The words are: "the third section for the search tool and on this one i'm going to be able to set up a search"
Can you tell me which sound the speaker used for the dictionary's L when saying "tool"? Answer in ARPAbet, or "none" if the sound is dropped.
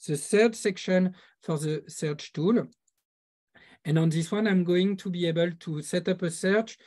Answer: L